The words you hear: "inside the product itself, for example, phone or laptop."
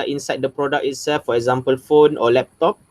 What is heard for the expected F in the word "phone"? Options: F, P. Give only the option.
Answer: F